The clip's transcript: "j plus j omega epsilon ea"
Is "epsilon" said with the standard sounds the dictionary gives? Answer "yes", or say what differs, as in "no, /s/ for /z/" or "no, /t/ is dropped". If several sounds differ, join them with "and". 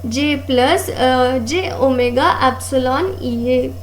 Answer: yes